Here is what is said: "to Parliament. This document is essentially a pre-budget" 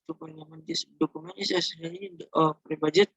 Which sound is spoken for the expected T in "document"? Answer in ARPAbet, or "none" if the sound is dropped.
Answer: none